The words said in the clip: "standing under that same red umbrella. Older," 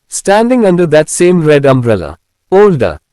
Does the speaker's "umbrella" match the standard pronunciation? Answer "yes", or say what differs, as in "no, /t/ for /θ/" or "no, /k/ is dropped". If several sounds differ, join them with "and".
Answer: yes